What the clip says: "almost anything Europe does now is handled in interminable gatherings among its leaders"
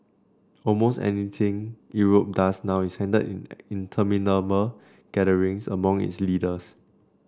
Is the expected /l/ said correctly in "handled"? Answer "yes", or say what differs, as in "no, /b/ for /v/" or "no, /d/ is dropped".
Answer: no, /l/ is dropped